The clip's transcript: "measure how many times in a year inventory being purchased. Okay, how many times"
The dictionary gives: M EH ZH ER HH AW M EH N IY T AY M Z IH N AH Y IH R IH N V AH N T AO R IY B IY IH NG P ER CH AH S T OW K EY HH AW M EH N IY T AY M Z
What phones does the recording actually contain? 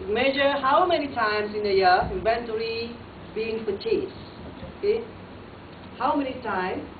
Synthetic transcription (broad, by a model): M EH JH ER HH AW M EH N IY T AY M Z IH N AH Y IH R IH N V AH N T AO R IY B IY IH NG F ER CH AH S OW K EY HH AW M EH N IY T AY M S